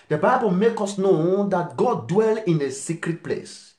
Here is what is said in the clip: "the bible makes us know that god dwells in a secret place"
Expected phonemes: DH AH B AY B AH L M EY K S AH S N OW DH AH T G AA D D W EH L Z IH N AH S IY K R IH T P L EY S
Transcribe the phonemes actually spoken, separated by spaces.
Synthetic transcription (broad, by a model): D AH B AY B AH L M EY K AO S N OW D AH T G AA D D W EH L IH N AH S IY K R IH T P L EY S